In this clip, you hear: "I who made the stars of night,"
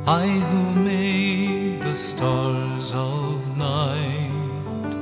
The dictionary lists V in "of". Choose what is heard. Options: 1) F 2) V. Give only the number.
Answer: 2